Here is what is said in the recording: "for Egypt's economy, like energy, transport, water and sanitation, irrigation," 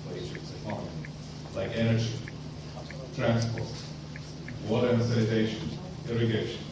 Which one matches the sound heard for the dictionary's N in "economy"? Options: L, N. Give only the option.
L